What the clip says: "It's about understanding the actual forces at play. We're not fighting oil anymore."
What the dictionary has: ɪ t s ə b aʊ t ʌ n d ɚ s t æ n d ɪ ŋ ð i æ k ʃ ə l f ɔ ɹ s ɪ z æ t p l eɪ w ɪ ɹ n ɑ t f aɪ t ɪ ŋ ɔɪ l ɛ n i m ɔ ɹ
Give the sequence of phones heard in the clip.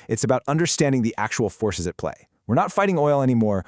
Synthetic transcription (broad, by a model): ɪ t s ə b aʊ t ʌ n d ɚ s t æ n d ɪ ŋ ð i æ k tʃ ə l f ɔ ɹ s ɪ z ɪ t p l eɪ w ɪ ɹ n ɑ t f aɪ t ɪ ŋ ɔɪ l ɛ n i m ɔ ɹ